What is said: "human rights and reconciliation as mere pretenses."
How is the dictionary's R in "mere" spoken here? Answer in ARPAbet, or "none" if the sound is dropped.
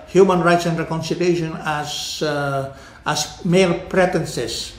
L